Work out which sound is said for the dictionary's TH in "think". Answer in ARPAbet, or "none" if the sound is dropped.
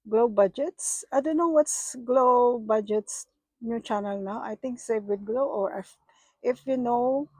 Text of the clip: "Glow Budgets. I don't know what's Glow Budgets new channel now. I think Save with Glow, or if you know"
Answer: T